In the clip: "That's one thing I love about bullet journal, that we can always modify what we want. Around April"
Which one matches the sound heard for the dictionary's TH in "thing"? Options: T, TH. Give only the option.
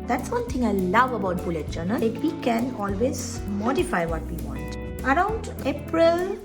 T